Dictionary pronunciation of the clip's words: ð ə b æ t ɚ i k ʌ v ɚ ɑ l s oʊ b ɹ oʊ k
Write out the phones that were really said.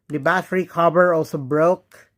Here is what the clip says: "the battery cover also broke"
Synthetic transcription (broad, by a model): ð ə b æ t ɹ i k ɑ b ɚ ɑ l s oʊ b ɹ oʊ k